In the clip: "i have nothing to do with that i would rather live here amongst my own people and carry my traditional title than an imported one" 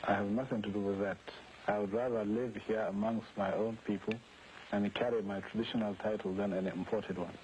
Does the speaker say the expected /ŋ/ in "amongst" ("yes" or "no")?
yes